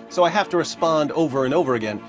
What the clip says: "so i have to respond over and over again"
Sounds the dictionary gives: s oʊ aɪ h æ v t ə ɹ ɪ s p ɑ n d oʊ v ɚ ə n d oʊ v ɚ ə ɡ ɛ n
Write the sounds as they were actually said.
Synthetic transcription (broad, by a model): s oʊ aɪ h æ f t ə ɹ ɪ s p ɑ n d oʊ v ɚ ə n oʊ v ɚ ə ɡ ɛ n